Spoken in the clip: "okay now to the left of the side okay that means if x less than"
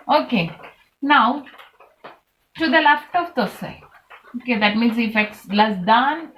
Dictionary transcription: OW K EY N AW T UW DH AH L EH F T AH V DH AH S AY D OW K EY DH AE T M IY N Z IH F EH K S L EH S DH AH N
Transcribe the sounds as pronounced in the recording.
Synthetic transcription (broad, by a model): OW K EY N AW T UW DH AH L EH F T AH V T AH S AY OW K EY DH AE T M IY N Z IH F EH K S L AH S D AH N